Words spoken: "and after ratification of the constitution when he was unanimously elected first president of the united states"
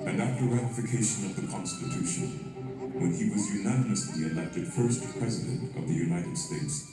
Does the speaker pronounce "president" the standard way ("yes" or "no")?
yes